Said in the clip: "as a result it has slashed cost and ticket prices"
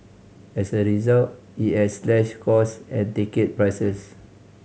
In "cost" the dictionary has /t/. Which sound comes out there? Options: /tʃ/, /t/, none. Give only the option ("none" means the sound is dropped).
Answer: none